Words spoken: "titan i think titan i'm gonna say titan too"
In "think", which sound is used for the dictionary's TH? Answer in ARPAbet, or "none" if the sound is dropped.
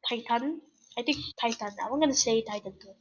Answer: T